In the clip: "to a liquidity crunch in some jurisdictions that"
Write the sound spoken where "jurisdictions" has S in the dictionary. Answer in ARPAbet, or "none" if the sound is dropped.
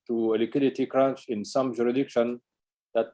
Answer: none